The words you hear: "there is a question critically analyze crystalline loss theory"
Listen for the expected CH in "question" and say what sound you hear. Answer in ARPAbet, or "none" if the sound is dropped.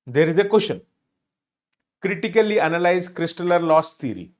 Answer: SH